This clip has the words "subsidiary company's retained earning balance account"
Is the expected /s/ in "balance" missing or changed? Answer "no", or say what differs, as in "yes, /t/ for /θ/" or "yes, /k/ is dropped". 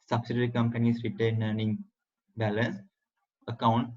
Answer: no